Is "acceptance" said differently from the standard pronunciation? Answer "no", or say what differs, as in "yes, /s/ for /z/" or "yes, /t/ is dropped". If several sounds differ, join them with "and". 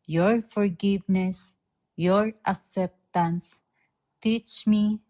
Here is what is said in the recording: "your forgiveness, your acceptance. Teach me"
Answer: no